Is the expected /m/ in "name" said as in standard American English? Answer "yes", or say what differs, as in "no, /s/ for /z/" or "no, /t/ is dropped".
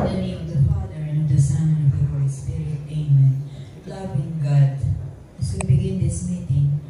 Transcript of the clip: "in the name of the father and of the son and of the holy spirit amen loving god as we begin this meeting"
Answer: no, /m/ is dropped